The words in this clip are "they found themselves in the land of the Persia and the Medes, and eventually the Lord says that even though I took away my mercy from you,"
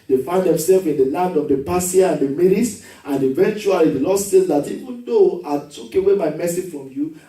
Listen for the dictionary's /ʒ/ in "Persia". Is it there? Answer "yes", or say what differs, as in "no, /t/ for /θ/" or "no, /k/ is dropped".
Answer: no, /s/ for /ʒ/